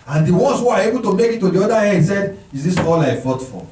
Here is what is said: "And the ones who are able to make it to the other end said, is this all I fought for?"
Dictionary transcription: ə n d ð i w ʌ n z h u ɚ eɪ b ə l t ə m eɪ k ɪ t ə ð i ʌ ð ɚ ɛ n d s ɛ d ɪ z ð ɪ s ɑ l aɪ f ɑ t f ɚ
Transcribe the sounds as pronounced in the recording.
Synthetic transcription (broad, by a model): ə n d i w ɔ n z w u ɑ eɪ b ə l t ə m eɪ k ɪ t ə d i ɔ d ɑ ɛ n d s ɛ d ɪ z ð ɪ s ɑ l aɪ f ɑ t f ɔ